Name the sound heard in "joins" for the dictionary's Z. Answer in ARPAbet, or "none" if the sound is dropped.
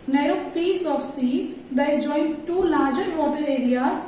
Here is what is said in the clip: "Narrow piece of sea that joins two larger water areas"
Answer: none